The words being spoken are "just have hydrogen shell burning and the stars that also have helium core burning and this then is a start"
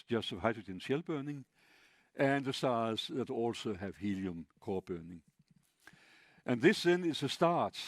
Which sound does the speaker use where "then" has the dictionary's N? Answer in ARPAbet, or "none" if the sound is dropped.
N